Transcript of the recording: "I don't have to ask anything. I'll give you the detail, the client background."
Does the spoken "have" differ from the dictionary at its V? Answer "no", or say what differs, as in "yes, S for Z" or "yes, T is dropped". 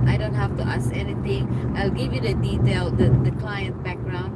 yes, F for V